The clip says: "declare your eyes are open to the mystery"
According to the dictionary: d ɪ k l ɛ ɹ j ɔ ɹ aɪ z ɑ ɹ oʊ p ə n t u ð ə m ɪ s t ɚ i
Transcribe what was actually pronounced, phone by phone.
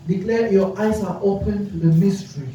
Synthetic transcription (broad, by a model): d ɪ k l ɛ j ɔ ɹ aɪ s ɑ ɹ oʊ p ə n t u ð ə m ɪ s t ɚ i